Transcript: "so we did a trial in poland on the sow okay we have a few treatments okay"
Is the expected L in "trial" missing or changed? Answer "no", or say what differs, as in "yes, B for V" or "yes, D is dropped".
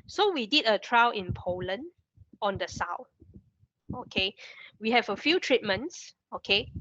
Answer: yes, W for L